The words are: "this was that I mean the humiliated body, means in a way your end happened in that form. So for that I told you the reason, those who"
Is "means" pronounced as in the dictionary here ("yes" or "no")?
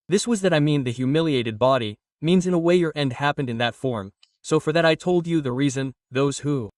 yes